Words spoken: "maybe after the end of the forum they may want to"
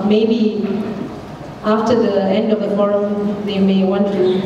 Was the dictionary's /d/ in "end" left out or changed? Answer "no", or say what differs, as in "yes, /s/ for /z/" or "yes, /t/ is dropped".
no